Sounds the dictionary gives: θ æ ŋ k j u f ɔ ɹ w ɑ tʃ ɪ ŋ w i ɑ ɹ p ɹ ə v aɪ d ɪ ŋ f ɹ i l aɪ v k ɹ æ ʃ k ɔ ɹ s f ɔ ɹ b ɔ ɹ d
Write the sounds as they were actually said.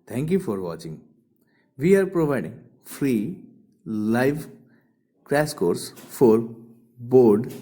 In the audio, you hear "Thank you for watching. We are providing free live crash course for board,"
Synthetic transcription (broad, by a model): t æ ŋ k j u f ɔ ɹ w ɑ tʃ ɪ ŋ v i ɑ ɹ p ɹ ə v aɪ d ɪ ŋ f ɹ i l aɪ v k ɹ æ s k ɔ ɹ s f ɔ ɹ b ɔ ɹ d